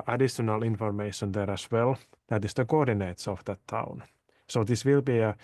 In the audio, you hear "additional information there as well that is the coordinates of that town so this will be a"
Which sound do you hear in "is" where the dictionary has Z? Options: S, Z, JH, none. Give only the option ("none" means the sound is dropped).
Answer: S